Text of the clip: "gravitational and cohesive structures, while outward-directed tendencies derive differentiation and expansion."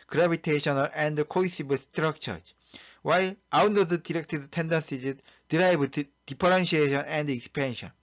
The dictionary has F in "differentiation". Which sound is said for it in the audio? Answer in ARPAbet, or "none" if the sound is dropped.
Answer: P